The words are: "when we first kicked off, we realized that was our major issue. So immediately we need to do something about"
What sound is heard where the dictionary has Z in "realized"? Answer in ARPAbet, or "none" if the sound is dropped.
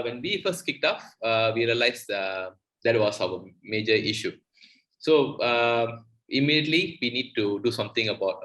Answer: S